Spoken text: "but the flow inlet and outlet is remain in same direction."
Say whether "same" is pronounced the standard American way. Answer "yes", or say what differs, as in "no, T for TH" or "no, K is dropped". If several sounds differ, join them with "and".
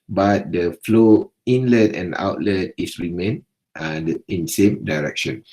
yes